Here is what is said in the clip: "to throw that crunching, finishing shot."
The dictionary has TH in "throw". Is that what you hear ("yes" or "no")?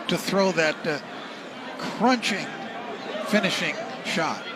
yes